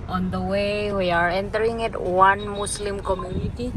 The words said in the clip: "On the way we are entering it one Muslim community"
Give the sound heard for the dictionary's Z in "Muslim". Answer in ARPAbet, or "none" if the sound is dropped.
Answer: S